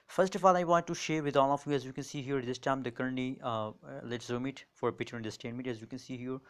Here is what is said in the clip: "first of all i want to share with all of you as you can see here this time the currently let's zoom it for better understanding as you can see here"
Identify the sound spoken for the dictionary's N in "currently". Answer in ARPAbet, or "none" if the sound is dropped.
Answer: none